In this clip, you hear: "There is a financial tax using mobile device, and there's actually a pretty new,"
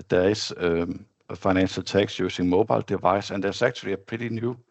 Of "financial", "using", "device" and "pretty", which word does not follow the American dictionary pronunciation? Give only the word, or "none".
using